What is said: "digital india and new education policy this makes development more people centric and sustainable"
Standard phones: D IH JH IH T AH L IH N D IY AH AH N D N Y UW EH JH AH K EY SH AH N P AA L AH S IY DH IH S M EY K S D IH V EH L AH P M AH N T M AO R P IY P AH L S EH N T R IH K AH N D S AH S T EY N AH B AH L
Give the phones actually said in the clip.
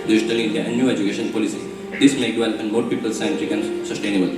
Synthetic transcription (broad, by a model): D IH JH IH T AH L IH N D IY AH AH N D N Y UW EH JH AH K EY SH AH N P AA L AH S IY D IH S M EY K D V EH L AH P AH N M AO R P IY P AH L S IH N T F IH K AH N S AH S T EY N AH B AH L